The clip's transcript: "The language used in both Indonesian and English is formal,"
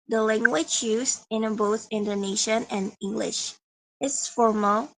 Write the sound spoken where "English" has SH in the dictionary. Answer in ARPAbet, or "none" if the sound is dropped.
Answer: SH